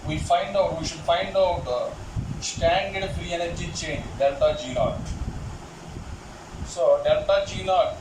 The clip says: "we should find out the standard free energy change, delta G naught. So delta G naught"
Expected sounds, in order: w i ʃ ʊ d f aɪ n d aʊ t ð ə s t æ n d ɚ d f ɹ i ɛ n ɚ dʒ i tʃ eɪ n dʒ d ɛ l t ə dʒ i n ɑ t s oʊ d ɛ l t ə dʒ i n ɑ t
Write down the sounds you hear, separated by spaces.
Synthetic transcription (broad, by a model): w i ʃ ʊ d f aɪ n d aʊ t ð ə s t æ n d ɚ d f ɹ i ɛ n ɚ dʒ i tʃ eɪ n dʒ d ɛ l t ə dʒ i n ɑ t s oʊ d ɛ l t ə dʒ i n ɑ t